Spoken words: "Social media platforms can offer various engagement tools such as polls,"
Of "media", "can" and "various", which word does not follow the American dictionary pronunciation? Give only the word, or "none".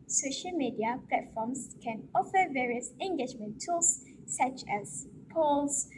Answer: none